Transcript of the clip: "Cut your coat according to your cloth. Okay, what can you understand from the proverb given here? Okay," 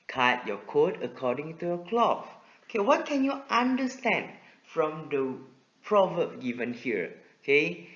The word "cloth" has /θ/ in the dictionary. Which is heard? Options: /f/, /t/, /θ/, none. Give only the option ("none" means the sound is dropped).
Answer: /f/